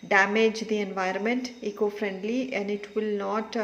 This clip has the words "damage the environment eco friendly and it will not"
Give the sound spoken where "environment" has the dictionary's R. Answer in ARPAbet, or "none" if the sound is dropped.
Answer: R